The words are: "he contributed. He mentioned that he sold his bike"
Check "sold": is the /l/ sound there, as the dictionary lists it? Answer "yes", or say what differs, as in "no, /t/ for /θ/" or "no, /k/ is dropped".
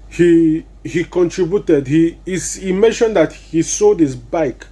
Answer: no, /l/ is dropped